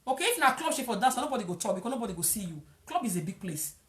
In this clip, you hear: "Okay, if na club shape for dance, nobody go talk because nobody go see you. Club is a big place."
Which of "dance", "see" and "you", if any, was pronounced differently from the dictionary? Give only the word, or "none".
dance